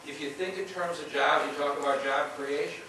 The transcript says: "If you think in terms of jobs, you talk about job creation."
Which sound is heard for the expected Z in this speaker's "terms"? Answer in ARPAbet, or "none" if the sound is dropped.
Z